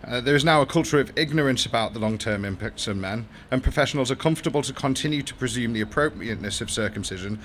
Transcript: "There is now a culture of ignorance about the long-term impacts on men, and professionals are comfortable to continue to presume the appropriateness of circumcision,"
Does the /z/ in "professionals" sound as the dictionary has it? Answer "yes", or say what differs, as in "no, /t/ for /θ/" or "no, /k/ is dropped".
yes